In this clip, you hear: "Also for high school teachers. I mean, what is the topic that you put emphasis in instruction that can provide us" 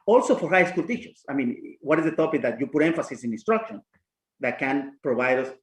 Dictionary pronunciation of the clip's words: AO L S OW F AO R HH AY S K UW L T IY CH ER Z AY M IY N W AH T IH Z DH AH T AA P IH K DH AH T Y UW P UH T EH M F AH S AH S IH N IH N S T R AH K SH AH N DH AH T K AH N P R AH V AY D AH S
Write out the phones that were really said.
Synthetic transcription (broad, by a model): AO L S OW F AO R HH AY S K UW L T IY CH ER S AY M IY N W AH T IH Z DH AH T AA P IH K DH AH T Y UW P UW T EH M F AH S AH S IH N IH N S T R AH K SH AH N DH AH T K AH N P R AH B AY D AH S